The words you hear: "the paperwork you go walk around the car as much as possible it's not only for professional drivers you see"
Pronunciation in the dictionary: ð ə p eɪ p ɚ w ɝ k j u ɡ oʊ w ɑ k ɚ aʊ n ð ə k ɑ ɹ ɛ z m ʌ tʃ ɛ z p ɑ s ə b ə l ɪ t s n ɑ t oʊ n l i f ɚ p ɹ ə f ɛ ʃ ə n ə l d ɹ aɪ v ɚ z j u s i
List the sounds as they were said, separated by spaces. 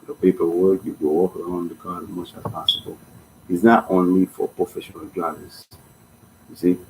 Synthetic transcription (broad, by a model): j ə p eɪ p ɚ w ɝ j u ɡ oʊ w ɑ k ɚ aʊ n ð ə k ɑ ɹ m ʌ tʃ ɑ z p ɑ s ə b ə l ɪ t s n ɑ t oʊ n l i f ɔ p ɹ ə f ɛ ʃ ə n ə l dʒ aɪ ɚ s j u s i